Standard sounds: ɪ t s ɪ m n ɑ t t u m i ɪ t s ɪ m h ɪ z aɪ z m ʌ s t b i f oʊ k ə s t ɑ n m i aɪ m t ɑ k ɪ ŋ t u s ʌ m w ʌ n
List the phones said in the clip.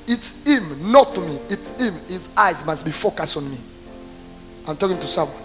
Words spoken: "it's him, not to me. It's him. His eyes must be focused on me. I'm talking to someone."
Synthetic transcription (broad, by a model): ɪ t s ɪ m n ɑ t t u m i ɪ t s ɪ m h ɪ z aɪ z m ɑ s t b i f oʊ k ə s t ɑ n m i aɪ m t ɑ k ɪ ŋ t u s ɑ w